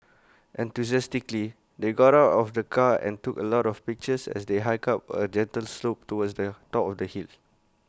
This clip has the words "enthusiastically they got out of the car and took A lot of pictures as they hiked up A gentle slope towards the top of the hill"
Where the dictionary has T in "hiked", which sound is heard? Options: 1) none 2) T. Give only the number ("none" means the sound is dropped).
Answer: 1